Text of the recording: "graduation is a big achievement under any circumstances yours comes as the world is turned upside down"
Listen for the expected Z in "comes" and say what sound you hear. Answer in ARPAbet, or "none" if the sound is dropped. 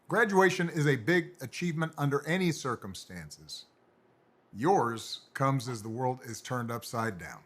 Z